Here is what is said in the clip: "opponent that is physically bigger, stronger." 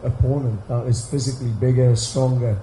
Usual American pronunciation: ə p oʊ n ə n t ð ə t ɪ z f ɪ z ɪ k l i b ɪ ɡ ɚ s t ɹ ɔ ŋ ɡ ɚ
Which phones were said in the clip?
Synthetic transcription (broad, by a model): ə p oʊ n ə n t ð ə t ɪ z f ɪ z ɪ k l i b ɪ ɡ ɚ s t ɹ ɔ ŋ ɡ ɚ